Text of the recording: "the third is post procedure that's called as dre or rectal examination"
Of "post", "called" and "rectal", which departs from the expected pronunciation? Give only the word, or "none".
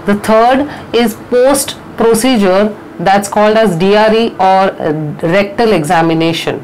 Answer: none